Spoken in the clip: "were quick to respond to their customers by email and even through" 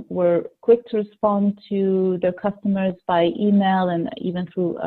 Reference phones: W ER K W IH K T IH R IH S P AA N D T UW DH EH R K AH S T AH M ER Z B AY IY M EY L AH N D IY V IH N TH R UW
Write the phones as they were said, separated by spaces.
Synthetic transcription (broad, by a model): W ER K W IH K T IH R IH S P AA N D T UW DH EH R K AH S T AH M ER Z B AY IY M EY L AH N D IY V IH N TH R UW